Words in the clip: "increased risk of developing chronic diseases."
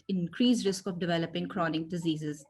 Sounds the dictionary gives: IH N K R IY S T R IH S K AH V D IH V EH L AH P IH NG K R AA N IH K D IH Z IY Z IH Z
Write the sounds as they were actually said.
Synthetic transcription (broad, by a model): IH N K R IY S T R IH S K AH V D IH V EH L AH P IH NG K R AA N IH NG D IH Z IY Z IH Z